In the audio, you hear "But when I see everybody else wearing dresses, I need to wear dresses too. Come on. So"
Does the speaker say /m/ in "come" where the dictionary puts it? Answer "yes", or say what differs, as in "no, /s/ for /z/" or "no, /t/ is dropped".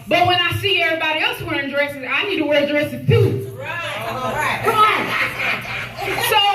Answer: no, /m/ is dropped